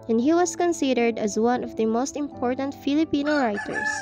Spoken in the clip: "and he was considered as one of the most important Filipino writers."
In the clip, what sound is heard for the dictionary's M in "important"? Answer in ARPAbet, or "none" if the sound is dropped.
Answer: M